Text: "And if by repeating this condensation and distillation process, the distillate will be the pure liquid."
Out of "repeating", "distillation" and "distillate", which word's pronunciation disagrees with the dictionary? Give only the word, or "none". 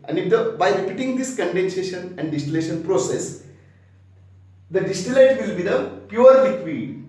none